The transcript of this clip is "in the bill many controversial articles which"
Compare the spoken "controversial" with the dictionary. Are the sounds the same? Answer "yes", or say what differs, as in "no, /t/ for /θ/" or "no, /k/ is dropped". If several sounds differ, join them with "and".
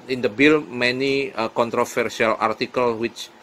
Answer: no, /f/ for /v/ and /s/ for /ʃ/